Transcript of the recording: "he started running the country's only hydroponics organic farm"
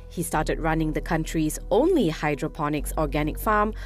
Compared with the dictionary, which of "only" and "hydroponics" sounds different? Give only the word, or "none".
none